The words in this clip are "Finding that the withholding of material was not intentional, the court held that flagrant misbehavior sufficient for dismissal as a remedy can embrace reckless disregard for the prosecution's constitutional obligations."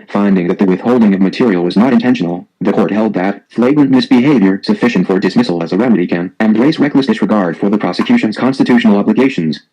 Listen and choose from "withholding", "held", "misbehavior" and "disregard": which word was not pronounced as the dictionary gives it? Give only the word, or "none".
none